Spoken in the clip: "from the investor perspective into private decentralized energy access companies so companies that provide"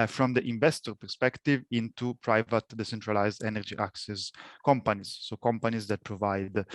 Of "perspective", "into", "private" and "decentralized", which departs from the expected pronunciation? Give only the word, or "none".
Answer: none